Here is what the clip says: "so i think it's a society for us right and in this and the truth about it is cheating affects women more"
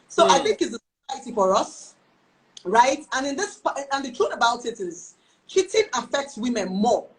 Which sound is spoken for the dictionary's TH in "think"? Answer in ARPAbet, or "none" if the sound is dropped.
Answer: TH